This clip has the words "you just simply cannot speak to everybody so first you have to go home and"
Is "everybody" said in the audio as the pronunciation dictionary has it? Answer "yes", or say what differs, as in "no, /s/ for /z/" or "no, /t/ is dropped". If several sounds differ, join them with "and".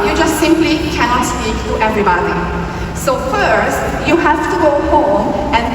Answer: yes